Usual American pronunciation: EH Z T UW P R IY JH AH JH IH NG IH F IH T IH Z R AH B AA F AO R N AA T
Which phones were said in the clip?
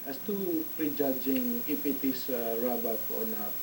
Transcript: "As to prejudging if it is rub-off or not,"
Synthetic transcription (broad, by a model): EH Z T UW P R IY JH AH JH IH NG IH P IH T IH S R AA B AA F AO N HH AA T